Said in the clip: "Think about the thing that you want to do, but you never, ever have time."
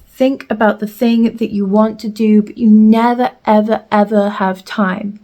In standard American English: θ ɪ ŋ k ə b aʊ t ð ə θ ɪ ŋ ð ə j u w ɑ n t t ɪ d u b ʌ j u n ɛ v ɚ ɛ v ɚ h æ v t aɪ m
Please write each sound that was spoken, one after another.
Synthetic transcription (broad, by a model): θ ɪ ŋ k ə b aʊ t ð ə θ ɪ ŋ ð ə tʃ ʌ w ɑ n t t ɪ d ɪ b ʌ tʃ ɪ n ɛ v ɚ ɛ v ɚ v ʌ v t aɪ m